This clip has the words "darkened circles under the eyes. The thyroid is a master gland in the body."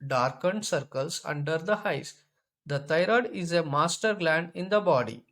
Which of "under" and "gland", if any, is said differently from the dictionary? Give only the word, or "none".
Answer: none